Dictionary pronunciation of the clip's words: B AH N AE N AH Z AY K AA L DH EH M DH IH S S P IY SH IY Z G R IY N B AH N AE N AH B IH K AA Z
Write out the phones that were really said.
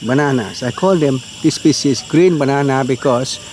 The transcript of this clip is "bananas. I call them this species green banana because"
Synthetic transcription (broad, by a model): B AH N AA N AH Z AY K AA L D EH M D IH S S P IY S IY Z G R IY N B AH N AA N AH B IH K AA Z